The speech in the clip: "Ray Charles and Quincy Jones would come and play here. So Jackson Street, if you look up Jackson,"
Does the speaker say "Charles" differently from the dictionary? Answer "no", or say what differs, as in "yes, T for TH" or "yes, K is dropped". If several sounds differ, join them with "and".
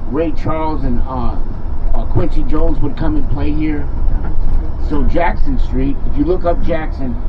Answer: no